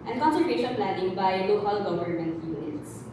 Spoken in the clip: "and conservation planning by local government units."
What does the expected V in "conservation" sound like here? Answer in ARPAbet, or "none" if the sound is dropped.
none